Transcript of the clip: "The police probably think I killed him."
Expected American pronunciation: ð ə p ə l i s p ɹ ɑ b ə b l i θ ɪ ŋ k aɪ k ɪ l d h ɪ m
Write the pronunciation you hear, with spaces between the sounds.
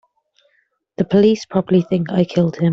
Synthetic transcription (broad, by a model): ð ə p ə l i s p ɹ ɑ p ə l i θ ɪ ŋ k aɪ k ɪ l d h ɪ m